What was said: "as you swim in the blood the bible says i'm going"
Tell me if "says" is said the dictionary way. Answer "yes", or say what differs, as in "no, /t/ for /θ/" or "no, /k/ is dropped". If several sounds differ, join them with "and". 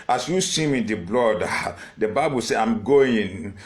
no, /z/ is dropped